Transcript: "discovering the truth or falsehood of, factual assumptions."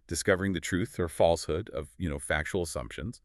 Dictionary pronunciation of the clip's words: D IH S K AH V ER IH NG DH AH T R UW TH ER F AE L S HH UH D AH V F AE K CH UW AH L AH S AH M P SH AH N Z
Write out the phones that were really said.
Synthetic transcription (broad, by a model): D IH S K AH V ER IH NG DH AH T R UW TH ER F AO L S HH UH D AH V F AE K CH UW L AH S AH M P SH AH N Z